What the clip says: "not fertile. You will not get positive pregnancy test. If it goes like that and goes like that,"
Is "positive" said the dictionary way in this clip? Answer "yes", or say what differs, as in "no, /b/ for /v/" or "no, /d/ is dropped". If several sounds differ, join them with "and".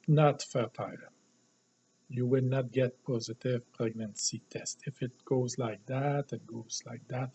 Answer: yes